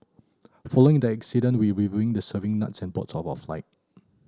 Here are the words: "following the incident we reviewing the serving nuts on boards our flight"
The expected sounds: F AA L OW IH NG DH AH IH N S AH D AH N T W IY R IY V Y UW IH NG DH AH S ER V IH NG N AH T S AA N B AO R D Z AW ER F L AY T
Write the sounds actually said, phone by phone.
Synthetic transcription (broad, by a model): F AA L OW IH NG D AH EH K S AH D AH N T W IY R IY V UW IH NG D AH S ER V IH NG N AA T S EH N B AO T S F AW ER F L AY T